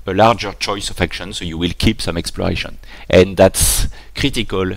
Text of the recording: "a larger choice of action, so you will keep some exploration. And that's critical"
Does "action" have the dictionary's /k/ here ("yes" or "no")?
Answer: yes